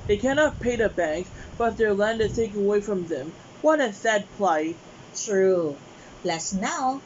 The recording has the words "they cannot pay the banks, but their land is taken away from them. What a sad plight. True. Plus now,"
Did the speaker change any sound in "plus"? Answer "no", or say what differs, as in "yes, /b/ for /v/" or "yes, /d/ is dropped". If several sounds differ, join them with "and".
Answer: yes, /b/ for /p/